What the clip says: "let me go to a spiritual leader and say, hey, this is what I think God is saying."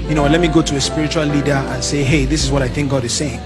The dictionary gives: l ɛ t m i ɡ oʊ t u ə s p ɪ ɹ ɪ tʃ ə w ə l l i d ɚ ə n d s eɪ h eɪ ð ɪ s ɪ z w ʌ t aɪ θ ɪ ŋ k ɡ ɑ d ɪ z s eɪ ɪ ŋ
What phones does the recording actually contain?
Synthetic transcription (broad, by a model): l ɛ t m i ɡ oʊ t u ə s p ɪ ɹ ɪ tʃ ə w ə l l i d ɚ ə n s eɪ h eɪ ð ɪ s ɪ z w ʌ t aɪ θ ɪ ŋ k ɡ ɑ d ɪ z s eɪ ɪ ŋ